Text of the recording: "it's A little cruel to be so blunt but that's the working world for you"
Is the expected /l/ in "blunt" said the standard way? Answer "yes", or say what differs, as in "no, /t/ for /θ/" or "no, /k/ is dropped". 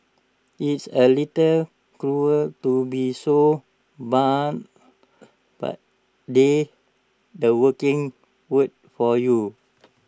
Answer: no, /l/ is dropped